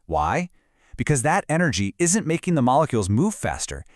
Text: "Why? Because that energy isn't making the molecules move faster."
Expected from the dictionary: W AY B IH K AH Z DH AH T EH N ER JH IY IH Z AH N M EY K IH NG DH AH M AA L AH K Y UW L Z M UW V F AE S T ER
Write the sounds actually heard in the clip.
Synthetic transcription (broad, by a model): W AY B IH K AH Z DH AH T EH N ER JH IY IH Z AH N M EY K IH NG DH AH M AA L AH K Y UW L Z M UW V F AE S T ER